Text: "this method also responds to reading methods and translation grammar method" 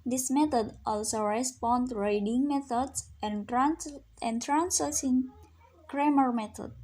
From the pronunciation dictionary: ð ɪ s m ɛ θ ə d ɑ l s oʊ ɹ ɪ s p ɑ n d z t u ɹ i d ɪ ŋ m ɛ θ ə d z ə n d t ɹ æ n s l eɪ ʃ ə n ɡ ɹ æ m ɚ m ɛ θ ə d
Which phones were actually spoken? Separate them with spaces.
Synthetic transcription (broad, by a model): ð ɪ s m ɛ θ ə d ɑ l s oʊ ɹ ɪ s p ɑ n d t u ɹ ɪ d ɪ ŋ m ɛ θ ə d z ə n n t ɹ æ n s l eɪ s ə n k ɹ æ m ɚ m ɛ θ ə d